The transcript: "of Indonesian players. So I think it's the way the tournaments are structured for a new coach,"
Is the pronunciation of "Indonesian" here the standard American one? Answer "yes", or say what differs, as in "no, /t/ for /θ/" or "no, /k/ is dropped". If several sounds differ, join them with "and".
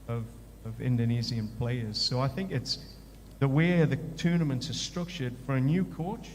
no, /z/ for /ʒ/